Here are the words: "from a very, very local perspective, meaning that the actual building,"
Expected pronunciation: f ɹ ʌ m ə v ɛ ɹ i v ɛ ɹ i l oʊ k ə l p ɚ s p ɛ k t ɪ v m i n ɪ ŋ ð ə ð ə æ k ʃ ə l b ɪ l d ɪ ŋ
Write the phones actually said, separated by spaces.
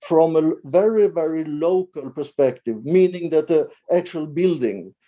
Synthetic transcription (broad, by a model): f ɹ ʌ m ə v ɛ ɹ i v ɛ ɹ i l oʊ k ə l p ɚ s p ɛ k t ɪ v m i n ɪ ŋ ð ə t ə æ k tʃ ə l b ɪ l d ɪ ŋ